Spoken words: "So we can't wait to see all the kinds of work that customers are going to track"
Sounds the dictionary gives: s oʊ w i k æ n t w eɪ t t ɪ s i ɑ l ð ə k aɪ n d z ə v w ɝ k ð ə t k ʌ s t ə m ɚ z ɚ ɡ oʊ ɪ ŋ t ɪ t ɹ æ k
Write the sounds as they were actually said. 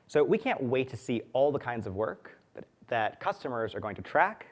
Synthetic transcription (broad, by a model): s oʊ w i k æ n t w eɪ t t ɪ s i ɑ l ð ə k aɪ n d z ə v w ɝ k ð ə t k ʌ s t ə m ɚ z ɚ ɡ oʊ ɪ ŋ t ɪ t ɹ æ k